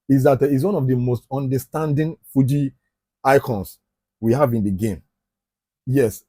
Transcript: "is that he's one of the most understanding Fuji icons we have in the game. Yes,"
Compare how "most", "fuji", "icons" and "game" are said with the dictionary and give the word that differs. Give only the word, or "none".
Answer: icons